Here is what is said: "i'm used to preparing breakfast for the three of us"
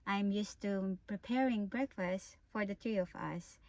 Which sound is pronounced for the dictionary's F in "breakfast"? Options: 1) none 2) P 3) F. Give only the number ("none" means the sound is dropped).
3